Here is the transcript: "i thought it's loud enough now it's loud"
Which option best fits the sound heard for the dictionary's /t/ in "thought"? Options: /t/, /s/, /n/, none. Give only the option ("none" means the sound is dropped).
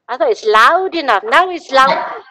none